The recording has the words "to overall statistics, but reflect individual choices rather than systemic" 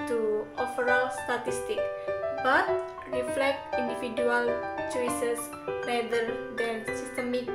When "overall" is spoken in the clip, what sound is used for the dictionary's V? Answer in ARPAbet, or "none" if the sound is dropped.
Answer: F